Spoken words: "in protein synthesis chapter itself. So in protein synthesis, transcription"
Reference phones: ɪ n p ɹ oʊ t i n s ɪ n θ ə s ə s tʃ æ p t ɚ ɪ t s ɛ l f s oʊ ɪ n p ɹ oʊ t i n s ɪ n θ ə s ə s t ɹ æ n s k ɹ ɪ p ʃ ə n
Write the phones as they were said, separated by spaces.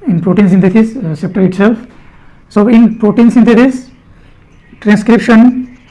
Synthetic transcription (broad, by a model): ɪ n p ɹ oʊ t i n s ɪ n t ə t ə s s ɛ p t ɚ ɪ t s ɛ l f s oʊ ɪ n p ɹ oʊ t i n s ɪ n t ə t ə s t ɹ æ n s k ɹ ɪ p ʃ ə n